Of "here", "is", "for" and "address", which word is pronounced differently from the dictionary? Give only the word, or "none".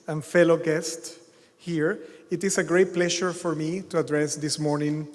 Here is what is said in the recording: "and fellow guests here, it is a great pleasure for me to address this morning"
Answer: is